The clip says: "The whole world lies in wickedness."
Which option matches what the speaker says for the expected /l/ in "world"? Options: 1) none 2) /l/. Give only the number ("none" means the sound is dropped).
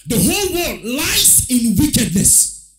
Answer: 1